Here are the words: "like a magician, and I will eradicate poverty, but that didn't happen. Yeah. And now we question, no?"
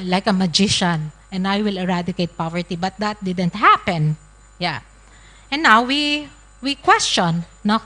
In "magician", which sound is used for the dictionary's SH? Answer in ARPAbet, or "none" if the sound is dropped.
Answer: SH